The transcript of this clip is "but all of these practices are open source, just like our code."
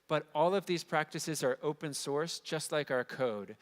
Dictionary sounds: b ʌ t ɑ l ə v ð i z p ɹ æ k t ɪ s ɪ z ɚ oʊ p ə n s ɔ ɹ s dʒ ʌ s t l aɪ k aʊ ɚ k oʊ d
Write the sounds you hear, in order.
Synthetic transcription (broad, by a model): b ʌ t ɑ l ə v ð i z p ɹ æ k t ɪ s ɪ z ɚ oʊ p ə n s ɔ ɹ s dʒ ʌ s t l aɪ k aʊ ɚ k oʊ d